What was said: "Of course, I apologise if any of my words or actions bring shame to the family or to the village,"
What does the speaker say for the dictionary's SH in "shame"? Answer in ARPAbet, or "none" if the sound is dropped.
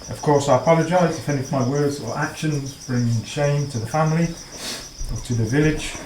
SH